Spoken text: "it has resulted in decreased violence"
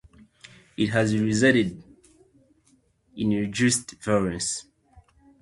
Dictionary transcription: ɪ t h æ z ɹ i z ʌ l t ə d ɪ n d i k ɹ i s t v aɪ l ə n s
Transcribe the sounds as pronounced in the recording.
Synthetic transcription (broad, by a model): ɪ t h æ z ɹ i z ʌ t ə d ɪ n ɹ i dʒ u s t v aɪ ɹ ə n s